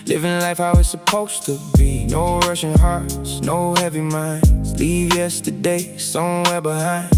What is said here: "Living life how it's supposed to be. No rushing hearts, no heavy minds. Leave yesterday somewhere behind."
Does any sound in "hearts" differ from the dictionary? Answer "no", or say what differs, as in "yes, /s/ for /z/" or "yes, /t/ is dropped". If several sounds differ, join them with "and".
no